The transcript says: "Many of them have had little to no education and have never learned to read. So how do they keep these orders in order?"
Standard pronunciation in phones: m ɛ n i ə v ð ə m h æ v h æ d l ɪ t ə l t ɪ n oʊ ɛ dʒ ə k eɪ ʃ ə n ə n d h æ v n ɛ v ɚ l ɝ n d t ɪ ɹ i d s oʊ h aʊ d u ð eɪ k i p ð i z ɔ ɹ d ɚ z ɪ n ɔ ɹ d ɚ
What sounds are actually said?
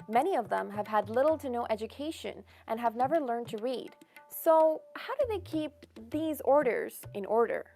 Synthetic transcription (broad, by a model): m ɛ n i ə v ð ə m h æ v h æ d l ɪ t l t ɪ n oʊ ɛ dʒ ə k eɪ ʃ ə n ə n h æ v n ɛ v ɚ l ɝ n t ɪ ɹ i d s oʊ h aʊ d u ð eɪ k i p ð i z ɔ ɹ d ɚ z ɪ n ɔ ɹ d ɚ